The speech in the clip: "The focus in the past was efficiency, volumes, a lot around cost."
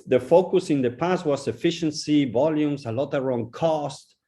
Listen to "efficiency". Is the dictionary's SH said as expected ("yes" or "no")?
yes